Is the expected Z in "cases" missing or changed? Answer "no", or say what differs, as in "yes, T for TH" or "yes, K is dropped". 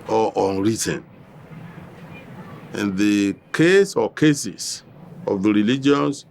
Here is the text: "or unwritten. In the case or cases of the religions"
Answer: yes, S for Z